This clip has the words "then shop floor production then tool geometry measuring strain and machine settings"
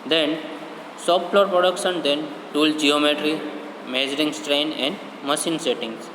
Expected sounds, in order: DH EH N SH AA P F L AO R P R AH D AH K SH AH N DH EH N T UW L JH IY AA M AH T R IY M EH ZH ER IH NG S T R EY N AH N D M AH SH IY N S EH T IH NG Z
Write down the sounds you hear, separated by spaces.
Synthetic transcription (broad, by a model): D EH N S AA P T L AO R P R AH D AH K SH AH N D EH N T UW L JH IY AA M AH T R IY M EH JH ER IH NG S T R EY N AH N D M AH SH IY N S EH T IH NG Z